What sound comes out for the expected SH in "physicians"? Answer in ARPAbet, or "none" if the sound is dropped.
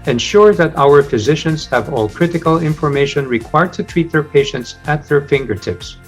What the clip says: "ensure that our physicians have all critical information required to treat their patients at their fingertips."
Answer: SH